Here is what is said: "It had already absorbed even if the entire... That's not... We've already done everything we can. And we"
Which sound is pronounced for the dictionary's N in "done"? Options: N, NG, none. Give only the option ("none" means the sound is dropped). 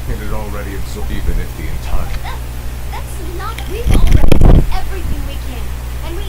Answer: none